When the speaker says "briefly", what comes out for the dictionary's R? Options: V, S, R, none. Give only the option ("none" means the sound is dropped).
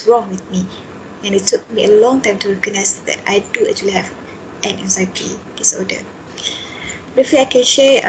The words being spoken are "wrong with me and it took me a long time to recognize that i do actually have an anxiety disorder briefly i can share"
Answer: none